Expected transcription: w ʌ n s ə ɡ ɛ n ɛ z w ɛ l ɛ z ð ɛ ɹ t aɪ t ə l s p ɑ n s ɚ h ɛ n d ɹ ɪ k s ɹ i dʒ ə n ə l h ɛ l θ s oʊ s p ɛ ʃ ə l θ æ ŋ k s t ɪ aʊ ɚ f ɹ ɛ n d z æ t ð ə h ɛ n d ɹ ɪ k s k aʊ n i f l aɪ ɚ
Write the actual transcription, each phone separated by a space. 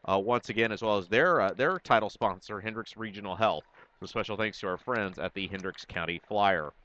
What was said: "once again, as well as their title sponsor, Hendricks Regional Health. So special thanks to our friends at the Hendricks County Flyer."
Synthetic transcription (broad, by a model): w ʌ n s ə ɡ ɛ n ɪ z w ɛ l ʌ z ð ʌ ɹ t aɪ t l s p ɑ n s ɚ h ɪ n d ɹ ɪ k s ɹ i dʒ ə n l h ɛ l θ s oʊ s p ɛ ʃ l θ æ ŋ k s t ɪ aʊ ɚ f ɹ ɛ n d z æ t ð ə h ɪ n d ɹ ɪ k s k aʊ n i f l aɪ ɚ